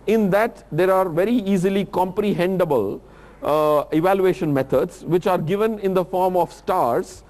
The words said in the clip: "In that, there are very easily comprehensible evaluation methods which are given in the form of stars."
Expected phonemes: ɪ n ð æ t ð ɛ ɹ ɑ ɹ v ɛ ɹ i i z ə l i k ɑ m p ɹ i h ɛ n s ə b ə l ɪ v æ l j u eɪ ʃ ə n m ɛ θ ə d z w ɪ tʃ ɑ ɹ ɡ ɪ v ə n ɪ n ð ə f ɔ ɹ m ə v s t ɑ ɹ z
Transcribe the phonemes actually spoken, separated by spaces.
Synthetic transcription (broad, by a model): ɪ n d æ t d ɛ ɹ ɑ ɹ v ɛ ɹ i i z ə l i k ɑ m p ɹ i h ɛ n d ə b ə l ɪ v æ l j u eɪ ʃ ə n m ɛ t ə d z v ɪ tʃ ɑ ɹ ɡ ɪ v ə n ɪ n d ə f ɔ ɹ m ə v s t ɑ ɹ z